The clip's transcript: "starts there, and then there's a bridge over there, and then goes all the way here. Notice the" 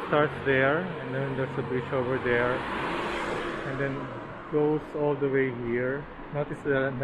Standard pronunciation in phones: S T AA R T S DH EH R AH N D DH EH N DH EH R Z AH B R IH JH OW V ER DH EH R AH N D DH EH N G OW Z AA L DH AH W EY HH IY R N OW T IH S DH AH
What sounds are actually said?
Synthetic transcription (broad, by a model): S T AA R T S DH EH R AH N D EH N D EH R S AH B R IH SH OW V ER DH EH R AH N D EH N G OW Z AA L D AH W EY HH IY R N OW T IH S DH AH